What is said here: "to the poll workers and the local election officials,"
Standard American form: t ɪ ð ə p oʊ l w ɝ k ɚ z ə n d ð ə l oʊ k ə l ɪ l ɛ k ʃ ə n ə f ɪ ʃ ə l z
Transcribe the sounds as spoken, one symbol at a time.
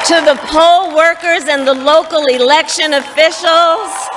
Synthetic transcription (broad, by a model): t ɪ ð ə p oʊ l w ɝ k ɚ z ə n ð ə l oʊ k l ɪ l ɛ k ʃ ə n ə f ɪ ʃ l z